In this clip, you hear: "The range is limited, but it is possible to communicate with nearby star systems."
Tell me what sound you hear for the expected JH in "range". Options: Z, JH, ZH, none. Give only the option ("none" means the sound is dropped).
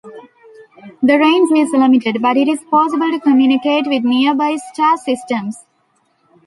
Z